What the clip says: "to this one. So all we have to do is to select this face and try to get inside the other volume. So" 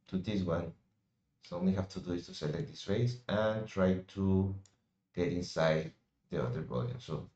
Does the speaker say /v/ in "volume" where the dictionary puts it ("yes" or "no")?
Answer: no